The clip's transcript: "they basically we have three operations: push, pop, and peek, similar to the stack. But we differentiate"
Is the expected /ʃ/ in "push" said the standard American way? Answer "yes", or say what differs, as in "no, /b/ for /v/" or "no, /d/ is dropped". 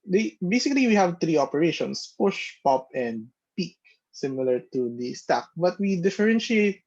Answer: yes